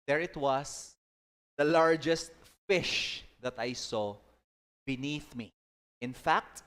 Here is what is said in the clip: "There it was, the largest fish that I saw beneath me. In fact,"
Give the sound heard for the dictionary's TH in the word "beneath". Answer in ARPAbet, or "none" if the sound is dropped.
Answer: TH